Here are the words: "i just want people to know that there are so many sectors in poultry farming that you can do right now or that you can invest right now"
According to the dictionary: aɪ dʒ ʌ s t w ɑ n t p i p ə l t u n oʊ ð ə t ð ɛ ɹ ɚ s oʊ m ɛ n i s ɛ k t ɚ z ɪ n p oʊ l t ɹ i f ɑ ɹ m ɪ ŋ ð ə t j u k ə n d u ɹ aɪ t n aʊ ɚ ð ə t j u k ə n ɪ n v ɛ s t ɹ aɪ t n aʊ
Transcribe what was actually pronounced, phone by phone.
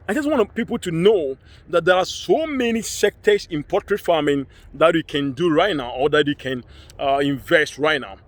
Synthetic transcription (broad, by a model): aɪ dʒ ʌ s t w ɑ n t p i p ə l t u n oʊ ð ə t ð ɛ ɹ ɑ s oʊ m ɛ n i s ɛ k t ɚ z ɪ n p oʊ t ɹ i f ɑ m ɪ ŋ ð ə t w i k ə n d u ɹ aɪ t n aʊ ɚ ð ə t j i k ə n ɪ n v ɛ s t ɹ aɪ t n aʊ